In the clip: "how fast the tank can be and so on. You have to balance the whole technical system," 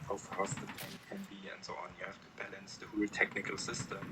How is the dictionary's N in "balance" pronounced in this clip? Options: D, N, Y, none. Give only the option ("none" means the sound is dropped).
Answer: N